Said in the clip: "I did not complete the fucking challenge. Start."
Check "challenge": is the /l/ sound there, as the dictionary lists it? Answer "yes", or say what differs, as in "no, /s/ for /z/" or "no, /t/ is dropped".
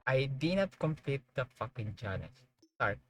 no, /n/ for /l/